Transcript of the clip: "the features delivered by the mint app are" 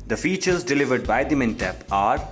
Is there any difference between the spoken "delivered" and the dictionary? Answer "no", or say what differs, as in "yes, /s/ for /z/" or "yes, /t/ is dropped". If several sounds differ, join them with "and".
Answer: no